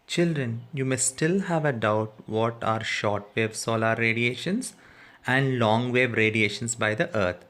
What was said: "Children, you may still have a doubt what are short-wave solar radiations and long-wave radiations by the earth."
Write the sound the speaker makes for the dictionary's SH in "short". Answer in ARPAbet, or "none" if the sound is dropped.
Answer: SH